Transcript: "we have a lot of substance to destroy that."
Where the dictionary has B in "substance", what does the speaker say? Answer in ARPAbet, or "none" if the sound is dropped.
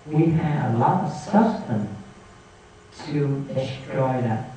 none